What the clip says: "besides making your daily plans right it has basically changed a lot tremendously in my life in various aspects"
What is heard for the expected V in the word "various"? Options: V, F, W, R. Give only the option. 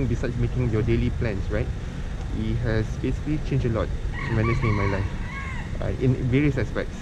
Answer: V